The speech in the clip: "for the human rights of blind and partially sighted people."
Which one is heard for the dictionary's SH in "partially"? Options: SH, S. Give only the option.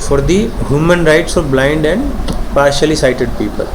SH